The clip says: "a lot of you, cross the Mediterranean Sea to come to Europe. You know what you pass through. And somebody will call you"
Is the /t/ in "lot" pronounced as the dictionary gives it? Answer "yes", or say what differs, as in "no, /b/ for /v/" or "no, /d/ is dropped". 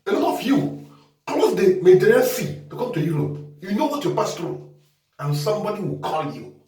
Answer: no, /t/ is dropped